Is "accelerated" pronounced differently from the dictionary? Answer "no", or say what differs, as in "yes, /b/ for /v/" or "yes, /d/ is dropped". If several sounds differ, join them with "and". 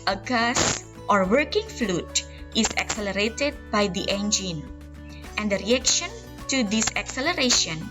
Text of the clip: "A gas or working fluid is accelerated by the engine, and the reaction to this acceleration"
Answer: no